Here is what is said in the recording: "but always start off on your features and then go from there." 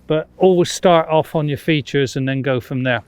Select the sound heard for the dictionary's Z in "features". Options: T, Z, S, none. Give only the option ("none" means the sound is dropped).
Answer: Z